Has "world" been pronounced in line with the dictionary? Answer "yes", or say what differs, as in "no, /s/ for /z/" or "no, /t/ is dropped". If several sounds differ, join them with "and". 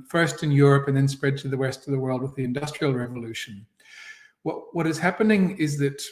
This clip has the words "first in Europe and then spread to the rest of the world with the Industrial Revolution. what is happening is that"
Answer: yes